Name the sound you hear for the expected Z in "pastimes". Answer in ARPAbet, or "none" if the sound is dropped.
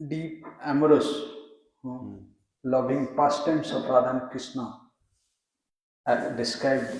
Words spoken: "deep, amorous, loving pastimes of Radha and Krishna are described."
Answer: S